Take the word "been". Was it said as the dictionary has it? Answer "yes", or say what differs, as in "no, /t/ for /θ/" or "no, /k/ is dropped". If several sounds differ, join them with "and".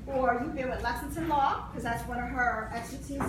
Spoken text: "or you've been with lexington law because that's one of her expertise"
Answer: no, /l/ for /n/